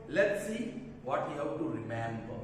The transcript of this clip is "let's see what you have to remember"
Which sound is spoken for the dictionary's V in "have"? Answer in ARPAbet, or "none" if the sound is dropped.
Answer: W